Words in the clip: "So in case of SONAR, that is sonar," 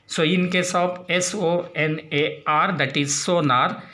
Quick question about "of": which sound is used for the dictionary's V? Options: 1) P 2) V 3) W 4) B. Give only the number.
1